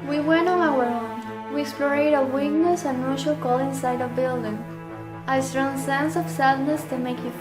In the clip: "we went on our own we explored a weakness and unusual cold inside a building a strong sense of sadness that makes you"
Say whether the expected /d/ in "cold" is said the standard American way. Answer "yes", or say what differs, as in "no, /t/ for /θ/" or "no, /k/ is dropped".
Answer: no, /d/ is dropped